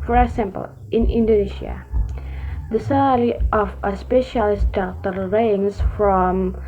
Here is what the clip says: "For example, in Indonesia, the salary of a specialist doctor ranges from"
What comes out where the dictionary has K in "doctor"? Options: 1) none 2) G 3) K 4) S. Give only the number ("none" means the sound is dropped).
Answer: 1